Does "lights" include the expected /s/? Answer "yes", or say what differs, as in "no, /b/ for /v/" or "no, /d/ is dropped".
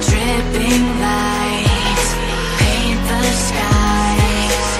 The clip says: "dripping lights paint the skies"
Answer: no, /s/ is dropped